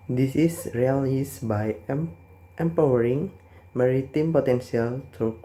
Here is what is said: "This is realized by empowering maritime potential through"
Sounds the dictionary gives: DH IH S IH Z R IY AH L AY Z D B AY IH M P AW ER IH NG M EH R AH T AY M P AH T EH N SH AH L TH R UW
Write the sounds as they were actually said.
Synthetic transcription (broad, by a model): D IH S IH S R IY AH L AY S B AY IH M P AW ER IH NG M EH R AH T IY M P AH T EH N S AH L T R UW